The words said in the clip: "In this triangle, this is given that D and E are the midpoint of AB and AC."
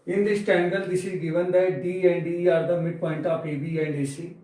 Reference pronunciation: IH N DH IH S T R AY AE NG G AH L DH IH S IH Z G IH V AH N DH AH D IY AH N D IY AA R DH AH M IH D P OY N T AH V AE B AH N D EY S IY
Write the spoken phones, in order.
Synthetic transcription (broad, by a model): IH N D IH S T EH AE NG G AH L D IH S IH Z G IH V AH N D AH D IY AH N D IY AA R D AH M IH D P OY N T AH P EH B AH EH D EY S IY